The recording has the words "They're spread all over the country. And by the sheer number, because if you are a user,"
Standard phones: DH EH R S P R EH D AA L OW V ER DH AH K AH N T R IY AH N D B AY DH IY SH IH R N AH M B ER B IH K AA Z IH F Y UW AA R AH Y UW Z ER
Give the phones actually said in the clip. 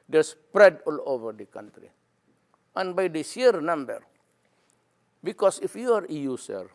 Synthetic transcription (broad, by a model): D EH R S P R EH D AA L OW V ER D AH K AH N T R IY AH N B AY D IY S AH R N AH M B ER B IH K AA S IH F Y UW AA R AH Y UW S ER